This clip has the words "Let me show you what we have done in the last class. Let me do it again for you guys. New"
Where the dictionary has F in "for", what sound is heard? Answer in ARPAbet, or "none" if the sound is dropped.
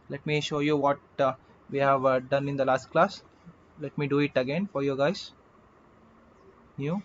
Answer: F